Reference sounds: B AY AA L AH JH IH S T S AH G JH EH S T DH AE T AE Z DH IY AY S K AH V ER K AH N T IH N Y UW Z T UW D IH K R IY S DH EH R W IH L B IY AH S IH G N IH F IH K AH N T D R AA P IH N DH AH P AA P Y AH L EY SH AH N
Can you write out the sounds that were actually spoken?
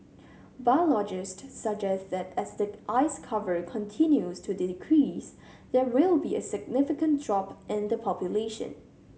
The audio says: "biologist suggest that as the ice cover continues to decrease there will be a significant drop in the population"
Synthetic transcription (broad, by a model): B AY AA L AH JH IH S T S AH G JH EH S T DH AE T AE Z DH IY AY S K AH V ER K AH N T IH N Y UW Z T UW D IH K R IY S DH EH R W IH L B IY AH S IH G N IH F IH K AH N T D R AA P IH N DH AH P AA P Y AH L EY SH AH N